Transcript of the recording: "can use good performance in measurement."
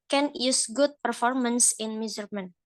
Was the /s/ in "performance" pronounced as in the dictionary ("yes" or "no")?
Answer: yes